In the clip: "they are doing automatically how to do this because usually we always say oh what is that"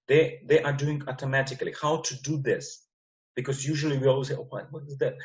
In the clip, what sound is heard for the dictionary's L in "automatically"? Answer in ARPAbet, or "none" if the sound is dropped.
L